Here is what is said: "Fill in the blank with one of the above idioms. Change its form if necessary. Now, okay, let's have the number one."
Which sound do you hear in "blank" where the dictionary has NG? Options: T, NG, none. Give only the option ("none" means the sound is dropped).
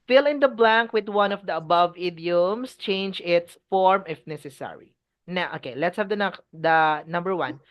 NG